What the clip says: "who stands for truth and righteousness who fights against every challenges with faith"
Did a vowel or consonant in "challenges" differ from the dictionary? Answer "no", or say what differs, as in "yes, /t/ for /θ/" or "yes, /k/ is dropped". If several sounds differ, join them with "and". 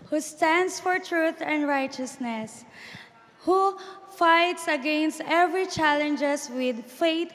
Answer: yes, /s/ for /z/